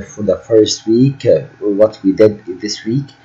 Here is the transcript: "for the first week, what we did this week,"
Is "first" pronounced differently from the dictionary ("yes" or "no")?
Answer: no